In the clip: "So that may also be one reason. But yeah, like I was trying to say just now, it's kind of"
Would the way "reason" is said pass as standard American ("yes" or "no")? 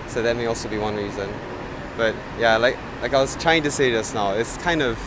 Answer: yes